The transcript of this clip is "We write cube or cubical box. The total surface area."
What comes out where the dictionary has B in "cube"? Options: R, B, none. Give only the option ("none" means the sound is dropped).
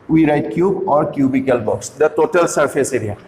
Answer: B